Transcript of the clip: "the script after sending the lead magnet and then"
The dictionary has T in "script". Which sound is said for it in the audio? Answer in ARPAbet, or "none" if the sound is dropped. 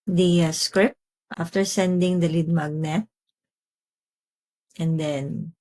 T